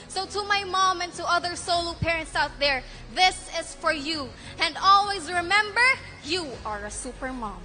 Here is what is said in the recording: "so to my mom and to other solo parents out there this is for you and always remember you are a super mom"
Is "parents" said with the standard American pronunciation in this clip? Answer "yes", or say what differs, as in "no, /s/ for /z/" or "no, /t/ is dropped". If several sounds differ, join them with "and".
yes